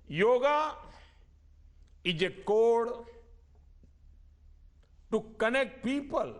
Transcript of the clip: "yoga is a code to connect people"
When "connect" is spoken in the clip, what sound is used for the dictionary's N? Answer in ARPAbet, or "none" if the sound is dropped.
N